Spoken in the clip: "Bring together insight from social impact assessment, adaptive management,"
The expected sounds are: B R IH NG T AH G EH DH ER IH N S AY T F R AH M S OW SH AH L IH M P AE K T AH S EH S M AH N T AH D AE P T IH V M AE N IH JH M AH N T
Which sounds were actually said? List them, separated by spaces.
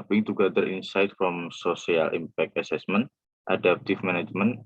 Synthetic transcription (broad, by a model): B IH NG T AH G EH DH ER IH N S AY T F R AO M S OW S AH L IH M P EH K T AH S EH S M AH N T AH D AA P T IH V M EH N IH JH M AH N